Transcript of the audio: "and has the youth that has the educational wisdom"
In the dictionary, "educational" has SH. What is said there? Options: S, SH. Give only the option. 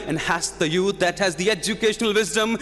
SH